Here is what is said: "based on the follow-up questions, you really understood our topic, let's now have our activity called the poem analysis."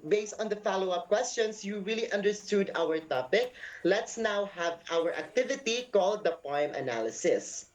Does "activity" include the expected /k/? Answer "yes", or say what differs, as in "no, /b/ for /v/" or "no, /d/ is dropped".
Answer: yes